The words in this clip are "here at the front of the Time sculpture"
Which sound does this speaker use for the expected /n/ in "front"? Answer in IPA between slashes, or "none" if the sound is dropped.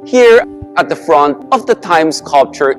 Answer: /n/